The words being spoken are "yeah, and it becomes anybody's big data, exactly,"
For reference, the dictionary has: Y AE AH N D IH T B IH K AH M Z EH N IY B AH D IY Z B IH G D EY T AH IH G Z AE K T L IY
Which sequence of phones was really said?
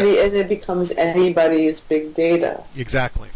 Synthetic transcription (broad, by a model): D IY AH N IH T B IH K AH M Z EH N IY B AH D IY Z B IH G D EY T AH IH G Z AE K T L IY